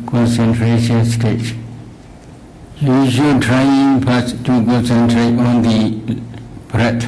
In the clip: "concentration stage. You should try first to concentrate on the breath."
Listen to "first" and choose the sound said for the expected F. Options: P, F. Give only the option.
P